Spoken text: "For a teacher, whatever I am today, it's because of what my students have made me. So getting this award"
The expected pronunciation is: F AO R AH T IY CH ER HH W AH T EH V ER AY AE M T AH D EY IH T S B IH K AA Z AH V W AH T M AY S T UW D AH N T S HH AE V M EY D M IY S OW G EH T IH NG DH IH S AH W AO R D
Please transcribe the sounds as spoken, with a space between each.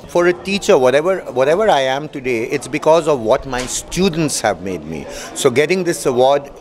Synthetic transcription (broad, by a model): F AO R AH T IY CH ER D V AH T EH V ER AY AE M T AH D EY IH T S B IH K AA Z AH V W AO T M AY S T UW D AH N T S HH AE V M EY D M IY S OW G EH T IH NG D IH S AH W AO R D